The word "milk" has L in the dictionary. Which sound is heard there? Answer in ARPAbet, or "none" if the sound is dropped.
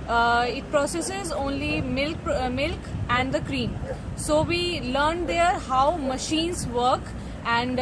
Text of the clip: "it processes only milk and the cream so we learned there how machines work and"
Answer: L